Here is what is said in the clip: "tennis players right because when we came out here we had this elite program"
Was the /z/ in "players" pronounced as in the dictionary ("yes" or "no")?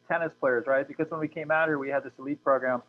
yes